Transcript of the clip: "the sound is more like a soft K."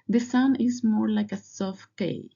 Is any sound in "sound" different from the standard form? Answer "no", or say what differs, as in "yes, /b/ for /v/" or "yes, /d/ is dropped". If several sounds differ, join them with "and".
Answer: yes, /d/ is dropped